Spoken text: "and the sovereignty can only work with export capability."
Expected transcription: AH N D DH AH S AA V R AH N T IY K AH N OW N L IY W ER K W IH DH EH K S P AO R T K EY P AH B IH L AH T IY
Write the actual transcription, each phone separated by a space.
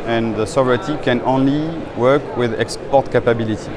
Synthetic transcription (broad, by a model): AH N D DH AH S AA V R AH T IY K AH N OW N L IY W ER K W IH DH EH K S P AO R T K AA P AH B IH L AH T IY